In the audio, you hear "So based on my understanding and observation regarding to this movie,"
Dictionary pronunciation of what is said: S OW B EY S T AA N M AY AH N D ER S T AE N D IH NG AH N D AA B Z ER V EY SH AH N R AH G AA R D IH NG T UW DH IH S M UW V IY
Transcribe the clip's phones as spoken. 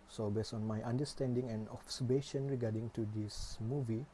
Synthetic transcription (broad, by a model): S OW B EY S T AA N M AY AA N D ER S T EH N D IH NG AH N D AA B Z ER B EY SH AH N R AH G AA D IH NG T UW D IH S M UW V IY